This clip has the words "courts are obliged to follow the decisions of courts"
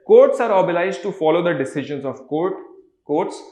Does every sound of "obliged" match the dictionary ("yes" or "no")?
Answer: no